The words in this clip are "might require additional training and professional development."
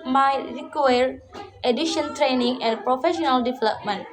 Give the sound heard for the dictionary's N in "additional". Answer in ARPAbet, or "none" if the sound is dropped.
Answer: none